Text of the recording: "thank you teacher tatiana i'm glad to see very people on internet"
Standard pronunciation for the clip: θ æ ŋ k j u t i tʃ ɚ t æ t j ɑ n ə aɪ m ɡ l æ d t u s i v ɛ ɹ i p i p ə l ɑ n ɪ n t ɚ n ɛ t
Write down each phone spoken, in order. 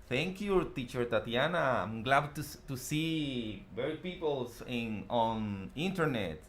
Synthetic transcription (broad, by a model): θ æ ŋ k j u t i tʃ ɚ t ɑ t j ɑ n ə aɪ m ɡ l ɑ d t u s i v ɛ ɹ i p i p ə l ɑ n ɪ n t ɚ n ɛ t